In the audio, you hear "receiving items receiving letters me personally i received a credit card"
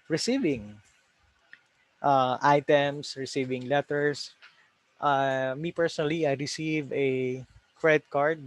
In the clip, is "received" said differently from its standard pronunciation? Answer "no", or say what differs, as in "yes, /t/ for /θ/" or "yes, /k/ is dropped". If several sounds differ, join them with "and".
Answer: yes, /d/ is dropped